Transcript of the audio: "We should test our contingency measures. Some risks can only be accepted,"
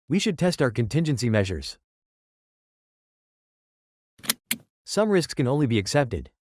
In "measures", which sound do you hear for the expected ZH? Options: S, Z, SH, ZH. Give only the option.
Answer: ZH